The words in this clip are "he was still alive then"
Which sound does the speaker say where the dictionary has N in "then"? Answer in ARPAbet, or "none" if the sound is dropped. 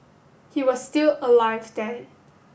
none